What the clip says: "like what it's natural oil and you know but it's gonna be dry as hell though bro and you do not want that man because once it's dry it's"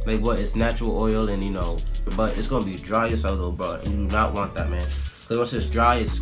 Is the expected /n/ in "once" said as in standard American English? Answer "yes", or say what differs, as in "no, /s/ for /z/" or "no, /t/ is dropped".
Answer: no, /n/ is dropped